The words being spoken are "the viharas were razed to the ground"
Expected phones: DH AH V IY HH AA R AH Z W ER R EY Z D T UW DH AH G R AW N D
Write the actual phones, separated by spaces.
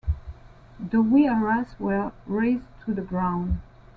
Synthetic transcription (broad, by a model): DH AH W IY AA R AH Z W ER R EY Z T UW DH AH G R AW N D